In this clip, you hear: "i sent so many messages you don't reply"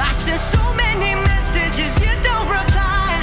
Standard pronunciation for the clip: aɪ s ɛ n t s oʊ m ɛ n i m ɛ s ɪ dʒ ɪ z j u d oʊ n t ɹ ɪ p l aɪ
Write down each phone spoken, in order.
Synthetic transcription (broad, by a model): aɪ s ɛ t s oʊ m ɛ n i m ɛ s ɪ dʒ ɪ z j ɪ d oʊ n t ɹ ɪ p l aɪ